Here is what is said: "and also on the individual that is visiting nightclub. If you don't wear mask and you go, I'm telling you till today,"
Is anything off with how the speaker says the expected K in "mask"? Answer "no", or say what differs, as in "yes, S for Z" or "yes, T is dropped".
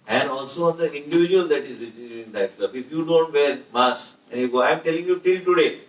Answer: yes, K is dropped